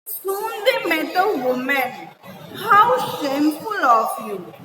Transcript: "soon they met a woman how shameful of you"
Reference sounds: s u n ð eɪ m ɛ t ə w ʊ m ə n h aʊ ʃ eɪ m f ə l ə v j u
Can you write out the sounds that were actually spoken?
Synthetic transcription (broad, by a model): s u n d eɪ m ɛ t ə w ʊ m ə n h aʊ s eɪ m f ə l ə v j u